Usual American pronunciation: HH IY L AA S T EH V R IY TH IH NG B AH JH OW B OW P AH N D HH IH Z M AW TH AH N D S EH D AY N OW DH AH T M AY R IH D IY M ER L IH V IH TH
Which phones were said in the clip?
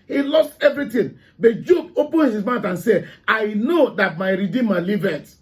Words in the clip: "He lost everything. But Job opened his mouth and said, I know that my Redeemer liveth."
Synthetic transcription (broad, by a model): HH IY L AA S T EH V R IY T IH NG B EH JH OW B OW P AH N HH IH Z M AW T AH N S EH AY N OW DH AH T M AY R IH D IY M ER L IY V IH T